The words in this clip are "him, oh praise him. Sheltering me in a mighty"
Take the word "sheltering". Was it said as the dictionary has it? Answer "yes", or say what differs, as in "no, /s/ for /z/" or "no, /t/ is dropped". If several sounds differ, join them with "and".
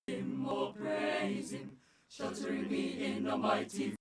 no, /l/ is dropped